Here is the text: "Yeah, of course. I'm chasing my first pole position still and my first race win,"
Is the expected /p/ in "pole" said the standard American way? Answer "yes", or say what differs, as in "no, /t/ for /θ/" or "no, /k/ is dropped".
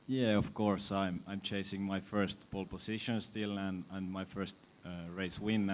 no, /b/ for /p/